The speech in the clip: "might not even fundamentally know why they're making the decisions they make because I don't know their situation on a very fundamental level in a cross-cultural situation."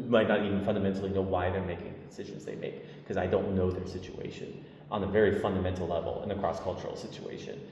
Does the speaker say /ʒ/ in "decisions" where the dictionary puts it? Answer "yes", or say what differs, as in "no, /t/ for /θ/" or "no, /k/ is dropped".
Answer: yes